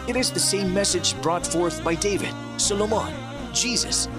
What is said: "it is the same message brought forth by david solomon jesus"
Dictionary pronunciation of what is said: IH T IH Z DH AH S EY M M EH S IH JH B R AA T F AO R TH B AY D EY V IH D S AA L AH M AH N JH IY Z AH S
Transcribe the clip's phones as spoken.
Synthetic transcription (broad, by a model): IH T IH Z DH AH S EY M M EH S IH JH B R AA T F AO R TH B AY D EY V IH D S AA L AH M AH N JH IY Z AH S